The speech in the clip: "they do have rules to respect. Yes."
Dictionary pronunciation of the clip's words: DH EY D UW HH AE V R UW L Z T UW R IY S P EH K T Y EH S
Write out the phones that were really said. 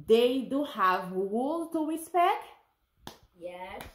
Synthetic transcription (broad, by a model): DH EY D UW HH AE V W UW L T UW R IY S P EH K T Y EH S